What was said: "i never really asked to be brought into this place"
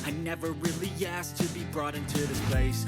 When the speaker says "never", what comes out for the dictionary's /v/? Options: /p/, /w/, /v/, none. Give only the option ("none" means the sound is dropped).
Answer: /v/